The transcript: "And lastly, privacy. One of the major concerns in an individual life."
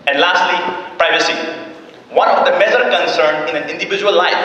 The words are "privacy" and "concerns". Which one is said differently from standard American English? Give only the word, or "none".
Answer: concerns